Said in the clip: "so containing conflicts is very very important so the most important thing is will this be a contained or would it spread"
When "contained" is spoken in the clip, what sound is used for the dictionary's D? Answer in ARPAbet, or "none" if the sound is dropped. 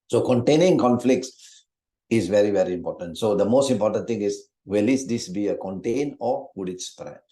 none